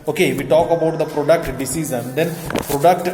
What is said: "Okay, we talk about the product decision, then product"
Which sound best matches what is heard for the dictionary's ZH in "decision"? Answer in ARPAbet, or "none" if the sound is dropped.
Z